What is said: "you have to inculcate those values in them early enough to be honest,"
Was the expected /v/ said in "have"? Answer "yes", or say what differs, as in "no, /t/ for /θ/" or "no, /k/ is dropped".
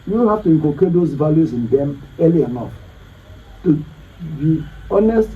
no, /f/ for /v/